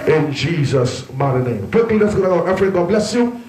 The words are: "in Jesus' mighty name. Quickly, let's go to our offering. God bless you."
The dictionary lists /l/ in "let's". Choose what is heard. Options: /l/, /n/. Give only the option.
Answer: /n/